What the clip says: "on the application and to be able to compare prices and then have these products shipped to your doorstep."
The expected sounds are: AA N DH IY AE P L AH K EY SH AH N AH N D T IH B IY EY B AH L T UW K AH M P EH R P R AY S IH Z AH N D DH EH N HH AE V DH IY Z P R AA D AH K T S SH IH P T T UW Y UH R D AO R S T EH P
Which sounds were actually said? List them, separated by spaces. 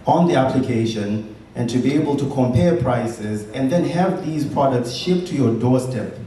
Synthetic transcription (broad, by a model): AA N DH IY AE P L AH K EY SH AH N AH N T IH B IY EY B AH L T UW K AH M P EH R P R AY S IH Z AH N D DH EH N HH AE V DH IY Z P R AA D AH K T S SH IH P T T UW Y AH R D AO R S T EH P